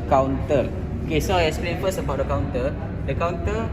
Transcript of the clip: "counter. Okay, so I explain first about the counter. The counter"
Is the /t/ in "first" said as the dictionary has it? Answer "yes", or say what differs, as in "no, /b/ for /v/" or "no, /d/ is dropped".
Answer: no, /t/ is dropped